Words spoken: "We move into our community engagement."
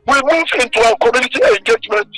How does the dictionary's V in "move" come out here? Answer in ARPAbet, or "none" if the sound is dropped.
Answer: F